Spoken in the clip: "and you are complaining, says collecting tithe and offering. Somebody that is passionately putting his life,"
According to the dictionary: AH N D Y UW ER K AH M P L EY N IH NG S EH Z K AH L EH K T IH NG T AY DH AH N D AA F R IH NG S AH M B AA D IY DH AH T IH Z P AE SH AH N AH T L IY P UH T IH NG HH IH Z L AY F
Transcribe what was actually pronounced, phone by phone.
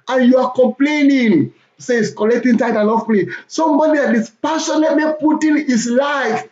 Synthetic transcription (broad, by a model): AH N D Y UW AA K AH M P L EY N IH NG S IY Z K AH L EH K T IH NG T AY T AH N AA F L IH S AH M B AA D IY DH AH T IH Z P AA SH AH N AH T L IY P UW T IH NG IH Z L AY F